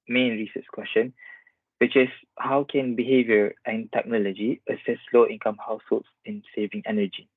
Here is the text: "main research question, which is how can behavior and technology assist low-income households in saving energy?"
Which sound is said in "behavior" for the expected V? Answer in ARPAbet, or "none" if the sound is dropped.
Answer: V